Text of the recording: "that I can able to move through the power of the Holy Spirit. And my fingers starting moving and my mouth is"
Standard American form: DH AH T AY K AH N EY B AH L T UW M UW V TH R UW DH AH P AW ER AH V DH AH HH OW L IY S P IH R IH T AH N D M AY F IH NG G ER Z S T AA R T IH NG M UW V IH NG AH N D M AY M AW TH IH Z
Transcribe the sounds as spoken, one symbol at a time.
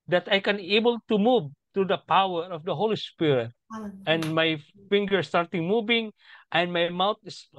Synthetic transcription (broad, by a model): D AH T AY K AH N EY B AH L T UW M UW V T R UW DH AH P AW ER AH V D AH HH OW L IY S P IH R IH T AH N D M AY F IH NG G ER S T AA R T IH NG M UW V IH NG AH N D M AY M AW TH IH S